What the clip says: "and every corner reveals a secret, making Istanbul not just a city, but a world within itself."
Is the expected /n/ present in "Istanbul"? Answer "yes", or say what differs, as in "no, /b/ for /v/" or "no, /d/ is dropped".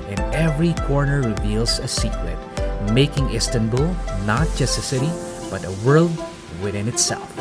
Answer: yes